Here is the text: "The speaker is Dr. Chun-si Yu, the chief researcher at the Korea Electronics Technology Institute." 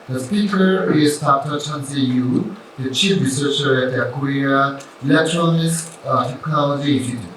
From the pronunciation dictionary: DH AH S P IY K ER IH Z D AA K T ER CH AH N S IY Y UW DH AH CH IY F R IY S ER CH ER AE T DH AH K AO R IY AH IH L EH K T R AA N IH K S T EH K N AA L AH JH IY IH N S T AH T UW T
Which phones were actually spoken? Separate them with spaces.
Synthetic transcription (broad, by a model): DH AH S P IY K ER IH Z D AA K T ER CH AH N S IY Y UW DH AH CH IY F R IY S ER CH ER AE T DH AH K AO R IY AH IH L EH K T R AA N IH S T T EH K N AA L AH JH IY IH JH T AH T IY